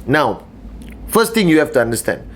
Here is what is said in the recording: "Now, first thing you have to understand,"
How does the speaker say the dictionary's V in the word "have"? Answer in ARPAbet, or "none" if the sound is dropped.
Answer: F